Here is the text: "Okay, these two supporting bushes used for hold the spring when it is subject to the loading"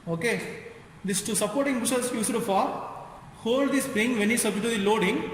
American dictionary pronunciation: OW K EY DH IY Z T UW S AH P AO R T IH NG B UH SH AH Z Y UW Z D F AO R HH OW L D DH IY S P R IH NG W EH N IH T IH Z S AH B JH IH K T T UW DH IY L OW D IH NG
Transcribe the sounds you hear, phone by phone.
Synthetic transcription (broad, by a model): OW K EY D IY S T UW S AH P AO R T IH NG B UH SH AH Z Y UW S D F AO R HH OW L D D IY S P R IH NG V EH N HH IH S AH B IH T T UW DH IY L OW D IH NG